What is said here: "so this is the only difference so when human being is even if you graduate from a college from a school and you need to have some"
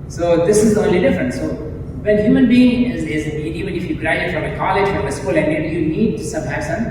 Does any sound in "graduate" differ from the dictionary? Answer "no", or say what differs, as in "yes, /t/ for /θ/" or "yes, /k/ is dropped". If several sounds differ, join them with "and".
yes, /dʒ/ is dropped